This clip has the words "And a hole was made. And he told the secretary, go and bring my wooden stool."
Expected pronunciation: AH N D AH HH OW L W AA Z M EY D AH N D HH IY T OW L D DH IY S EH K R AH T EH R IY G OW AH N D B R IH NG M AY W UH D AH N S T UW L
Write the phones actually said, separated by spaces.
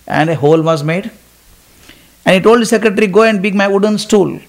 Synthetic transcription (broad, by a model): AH N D AH HH OW L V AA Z M EY D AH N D HH IY T OW L D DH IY S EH K R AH T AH R IY G OW AH N D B IH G M AY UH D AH N S T UW L